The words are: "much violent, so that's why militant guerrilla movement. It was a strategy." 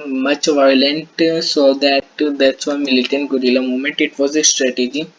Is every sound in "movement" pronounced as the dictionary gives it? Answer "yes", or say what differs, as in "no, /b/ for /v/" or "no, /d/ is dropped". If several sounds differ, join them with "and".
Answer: no, /v/ is dropped